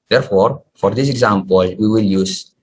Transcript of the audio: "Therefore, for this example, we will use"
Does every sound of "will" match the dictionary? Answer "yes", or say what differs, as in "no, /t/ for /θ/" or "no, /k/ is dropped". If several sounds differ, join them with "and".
yes